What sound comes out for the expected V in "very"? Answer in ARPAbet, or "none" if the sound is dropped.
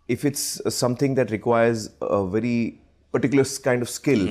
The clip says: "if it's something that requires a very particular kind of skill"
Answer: V